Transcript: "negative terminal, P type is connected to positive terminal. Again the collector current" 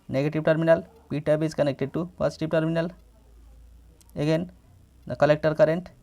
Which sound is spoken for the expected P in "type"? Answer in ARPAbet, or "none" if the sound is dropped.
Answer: B